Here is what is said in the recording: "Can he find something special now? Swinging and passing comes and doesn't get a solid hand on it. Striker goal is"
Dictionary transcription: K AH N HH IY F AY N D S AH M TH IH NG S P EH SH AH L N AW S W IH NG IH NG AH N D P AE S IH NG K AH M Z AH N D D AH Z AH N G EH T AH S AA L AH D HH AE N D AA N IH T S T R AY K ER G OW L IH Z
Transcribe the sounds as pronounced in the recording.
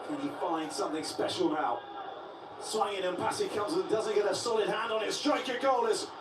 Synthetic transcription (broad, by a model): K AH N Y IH F AY N D S AH M TH IH NG S P EH SH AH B AW S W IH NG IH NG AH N P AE S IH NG K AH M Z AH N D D AH Z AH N G EH T AH S AA L AH D HH AE N D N IH T S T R AY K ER G OW L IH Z